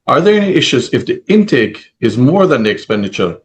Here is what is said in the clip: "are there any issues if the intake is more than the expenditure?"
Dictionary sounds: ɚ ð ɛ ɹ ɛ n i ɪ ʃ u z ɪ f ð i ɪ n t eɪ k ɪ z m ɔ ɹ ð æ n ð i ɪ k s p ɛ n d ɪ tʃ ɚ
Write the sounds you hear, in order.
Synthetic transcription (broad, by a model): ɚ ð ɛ ɹ ɛ n i ɪ ʃ u z ɪ f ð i ɪ n t eɪ k ɪ z m ɔ ɹ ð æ n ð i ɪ k s p ɛ n d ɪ tʃ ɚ